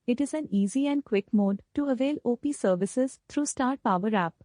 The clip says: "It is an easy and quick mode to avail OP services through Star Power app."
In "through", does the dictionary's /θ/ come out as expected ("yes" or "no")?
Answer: no